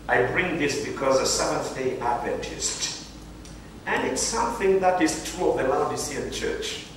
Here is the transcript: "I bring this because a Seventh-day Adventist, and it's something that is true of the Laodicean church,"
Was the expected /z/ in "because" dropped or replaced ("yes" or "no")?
no